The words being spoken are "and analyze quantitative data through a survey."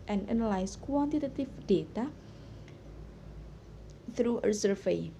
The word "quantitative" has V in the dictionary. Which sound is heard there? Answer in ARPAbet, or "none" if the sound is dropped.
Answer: F